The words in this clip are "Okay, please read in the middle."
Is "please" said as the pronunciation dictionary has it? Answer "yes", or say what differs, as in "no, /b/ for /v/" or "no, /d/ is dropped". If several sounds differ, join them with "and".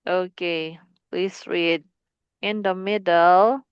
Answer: no, /s/ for /z/